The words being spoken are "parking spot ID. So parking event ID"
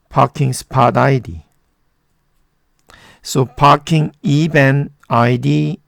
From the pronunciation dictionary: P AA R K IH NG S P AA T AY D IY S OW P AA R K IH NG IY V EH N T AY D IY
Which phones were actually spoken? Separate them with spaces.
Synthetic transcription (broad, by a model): P AA K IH NG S P AA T AY D IY S OW P AA K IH NG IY B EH N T AY D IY